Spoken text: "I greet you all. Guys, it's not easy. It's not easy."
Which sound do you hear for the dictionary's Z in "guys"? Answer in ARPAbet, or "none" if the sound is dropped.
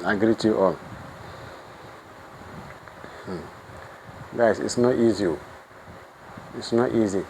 S